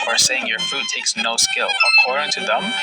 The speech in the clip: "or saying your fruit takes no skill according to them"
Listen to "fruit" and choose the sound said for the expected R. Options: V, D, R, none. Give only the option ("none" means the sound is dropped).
none